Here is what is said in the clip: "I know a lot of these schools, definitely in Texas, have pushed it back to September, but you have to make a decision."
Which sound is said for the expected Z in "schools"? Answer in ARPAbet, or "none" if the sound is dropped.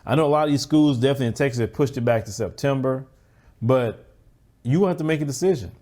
Z